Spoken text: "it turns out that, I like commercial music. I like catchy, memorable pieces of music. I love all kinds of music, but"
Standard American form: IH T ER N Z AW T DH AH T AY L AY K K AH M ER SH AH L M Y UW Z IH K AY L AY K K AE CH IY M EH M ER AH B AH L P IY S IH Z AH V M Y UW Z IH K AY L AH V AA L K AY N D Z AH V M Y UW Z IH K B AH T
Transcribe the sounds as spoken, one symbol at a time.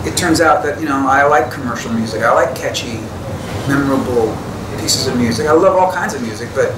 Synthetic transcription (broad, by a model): IH T ER N Z AW T DH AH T AY L AY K K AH M ER SH L M Y UW Z IH K AY L AY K K AE CH IY M EH M ER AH B L P IY S IH Z AH V M Y UW Z IH K AY L AH V AA L K AY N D Z AH V M Y UW Z IH K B AH T